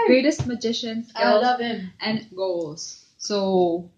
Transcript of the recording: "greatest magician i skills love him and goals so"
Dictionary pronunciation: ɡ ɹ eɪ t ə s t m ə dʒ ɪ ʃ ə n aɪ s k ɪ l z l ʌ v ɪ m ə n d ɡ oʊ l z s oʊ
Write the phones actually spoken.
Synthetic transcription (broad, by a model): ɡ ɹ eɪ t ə s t m ə dʒ ɪ ʃ ə n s ɛ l l ʌ v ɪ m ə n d ɡ oʊ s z s oʊ